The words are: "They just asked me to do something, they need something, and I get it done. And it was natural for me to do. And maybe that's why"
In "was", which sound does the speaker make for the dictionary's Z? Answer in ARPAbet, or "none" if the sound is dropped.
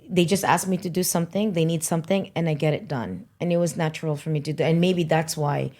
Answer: Z